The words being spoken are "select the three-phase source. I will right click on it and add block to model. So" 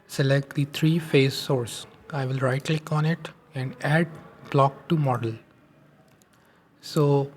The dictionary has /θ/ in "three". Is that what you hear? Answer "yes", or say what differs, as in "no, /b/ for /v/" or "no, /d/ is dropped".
no, /t/ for /θ/